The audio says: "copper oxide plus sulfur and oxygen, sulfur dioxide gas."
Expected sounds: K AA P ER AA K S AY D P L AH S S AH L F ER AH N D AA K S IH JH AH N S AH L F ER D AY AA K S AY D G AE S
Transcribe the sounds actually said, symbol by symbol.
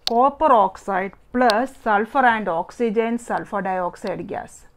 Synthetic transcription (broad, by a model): K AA P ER AA K S AY D P L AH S S AH L F ER AH N D AA K S IH JH AH N S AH L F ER D AY AA K S AY D G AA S